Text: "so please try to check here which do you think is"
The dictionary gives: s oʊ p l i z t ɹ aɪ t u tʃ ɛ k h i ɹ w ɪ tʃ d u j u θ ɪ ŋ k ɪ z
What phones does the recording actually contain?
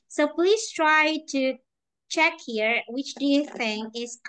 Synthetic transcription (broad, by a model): s oʊ p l i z t ɹ aɪ t u tʃ ɛ k h i ɹ w ɪ tʃ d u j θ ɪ ŋ ɪ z